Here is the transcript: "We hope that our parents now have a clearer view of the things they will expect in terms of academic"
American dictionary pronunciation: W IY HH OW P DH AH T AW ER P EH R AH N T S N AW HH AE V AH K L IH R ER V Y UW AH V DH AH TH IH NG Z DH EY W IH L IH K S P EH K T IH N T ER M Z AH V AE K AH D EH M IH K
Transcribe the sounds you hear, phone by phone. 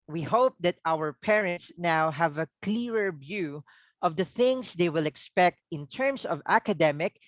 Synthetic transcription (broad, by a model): W IY HH OW P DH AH T AW ER P EH R AH N T S N AW HH AE V AH K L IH R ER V Y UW AH V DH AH TH IH NG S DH EY W IH L IH K S P EH K T IH N T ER M S AH V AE K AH D EH M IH K